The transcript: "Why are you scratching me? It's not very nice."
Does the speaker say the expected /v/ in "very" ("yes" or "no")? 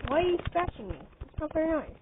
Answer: no